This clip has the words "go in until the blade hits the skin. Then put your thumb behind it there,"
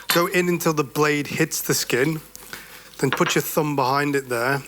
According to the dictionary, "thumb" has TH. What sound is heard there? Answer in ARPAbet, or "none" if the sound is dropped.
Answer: TH